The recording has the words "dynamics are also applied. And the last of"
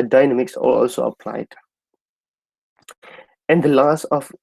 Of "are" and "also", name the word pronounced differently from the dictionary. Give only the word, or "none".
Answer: are